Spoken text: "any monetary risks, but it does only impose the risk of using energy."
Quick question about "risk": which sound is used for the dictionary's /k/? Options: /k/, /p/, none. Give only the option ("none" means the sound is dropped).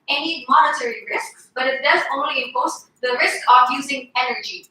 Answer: /k/